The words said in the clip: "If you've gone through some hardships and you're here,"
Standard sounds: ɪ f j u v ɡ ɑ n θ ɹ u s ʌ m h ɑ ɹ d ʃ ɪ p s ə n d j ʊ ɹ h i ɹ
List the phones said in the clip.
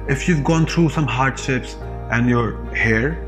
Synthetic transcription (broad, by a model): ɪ f j u v ɡ ɑ n t ɹ u s ʌ m h ɑ ɹ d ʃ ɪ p s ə n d j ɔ ɹ h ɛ ɹ